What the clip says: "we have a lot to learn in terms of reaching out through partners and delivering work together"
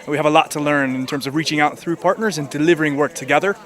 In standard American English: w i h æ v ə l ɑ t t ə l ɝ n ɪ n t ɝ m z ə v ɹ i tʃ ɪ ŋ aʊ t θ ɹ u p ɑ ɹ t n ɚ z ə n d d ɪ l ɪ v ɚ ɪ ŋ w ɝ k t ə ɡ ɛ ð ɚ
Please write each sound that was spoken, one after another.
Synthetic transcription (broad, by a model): w i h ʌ v ə l ɑ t t ə l ɝ n ɪ n t ɝ m z ə v ɹ i tʃ ɪ ŋ aʊ t θ ɹ u p ɑ ɹ t n ɚ z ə n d d ɪ l ɪ v ɚ ɪ ŋ w ɝ k t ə ɡ ɛ ð ɚ